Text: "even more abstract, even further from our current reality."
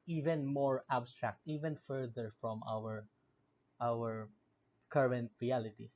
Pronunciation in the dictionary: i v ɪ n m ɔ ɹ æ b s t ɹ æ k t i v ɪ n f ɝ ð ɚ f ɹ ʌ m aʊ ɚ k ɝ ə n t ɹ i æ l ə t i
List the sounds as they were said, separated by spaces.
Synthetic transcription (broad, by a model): i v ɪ n m ɔ ɹ æ b s t ɹ æ k t i v ɪ n f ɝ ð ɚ f ɹ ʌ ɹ aʊ ɚ k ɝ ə n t ɹ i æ l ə t i